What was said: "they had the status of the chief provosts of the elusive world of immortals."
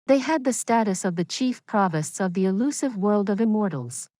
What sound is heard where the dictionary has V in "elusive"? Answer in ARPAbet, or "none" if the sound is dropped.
V